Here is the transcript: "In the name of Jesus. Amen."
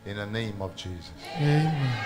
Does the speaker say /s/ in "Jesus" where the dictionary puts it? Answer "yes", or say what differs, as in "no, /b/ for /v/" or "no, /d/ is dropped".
yes